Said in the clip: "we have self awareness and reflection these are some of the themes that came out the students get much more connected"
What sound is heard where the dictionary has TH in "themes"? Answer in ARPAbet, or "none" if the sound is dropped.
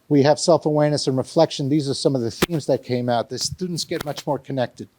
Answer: TH